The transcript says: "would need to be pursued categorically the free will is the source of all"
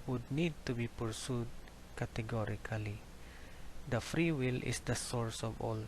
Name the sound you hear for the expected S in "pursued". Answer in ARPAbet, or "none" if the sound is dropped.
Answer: S